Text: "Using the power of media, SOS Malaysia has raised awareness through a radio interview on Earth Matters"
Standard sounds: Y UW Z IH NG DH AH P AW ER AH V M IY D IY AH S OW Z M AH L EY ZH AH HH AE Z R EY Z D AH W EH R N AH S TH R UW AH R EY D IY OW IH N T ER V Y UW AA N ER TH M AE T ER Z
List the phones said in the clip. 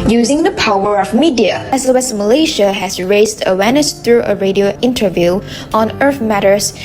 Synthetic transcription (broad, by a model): Y UW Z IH NG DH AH P AW ER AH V M IY D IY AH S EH S M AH L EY SH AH HH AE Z R EY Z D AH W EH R N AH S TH R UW AH R EY D IY OW IH N T ER V Y UW AA N ER TH M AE T ER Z